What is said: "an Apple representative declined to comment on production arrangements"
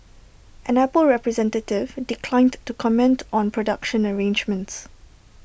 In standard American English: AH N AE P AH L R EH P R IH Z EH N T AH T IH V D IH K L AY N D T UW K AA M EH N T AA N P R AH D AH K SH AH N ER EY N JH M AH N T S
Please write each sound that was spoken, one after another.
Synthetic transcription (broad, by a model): AH N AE P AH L R EH P R IH Z EH N T AH T IH V D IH K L AY N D T UW K AA M EH N T AA N P R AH D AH K SH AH N ER EY N JH M AH N T S